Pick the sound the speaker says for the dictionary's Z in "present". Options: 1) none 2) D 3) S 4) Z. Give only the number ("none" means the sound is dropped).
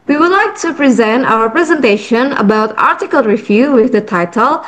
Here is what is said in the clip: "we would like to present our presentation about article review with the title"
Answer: 4